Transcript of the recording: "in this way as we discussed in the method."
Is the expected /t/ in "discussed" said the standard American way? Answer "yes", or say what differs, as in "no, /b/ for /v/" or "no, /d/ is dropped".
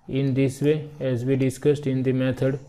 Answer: yes